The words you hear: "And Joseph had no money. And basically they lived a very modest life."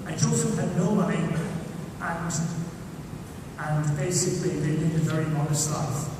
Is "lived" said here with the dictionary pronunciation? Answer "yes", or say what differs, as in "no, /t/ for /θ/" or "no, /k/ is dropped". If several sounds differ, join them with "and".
no, /n/ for /l/ and /v/ is dropped